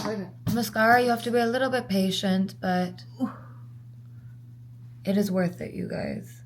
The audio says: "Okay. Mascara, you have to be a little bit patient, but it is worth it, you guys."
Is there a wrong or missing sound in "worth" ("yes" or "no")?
no